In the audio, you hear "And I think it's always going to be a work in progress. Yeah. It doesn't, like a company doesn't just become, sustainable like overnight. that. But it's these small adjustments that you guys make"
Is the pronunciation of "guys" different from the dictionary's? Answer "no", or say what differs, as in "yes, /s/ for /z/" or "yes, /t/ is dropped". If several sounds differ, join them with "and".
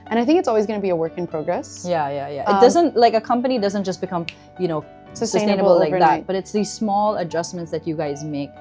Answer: no